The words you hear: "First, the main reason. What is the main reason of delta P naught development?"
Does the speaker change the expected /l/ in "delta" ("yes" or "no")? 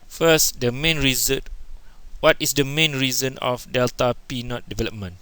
no